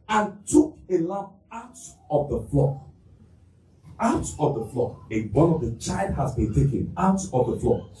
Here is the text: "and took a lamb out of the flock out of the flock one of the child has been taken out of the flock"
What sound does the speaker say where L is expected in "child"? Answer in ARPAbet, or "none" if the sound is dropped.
L